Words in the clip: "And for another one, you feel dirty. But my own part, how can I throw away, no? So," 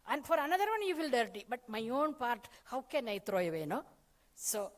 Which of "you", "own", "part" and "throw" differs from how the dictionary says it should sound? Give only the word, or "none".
throw